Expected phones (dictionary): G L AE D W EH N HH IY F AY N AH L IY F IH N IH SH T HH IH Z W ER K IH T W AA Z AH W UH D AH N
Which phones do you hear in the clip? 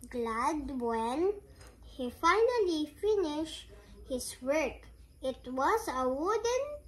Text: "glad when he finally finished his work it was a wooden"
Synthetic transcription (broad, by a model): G L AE D W EH N HH IY F AY N AH L IY F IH N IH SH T HH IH S W ER K IH T W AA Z AH W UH D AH N